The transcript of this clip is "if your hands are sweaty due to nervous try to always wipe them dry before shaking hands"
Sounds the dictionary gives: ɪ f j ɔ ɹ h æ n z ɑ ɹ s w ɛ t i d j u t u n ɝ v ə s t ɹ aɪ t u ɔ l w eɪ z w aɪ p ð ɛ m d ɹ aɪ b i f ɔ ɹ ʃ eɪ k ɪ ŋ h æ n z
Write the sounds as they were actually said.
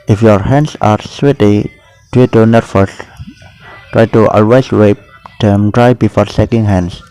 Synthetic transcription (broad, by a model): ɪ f j ɔ ɹ h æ n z ɑ ɹ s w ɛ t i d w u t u n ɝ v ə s t ɹ aɪ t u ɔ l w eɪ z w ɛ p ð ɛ m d ɹ aɪ b i f ɔ ɹ s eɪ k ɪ ŋ h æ n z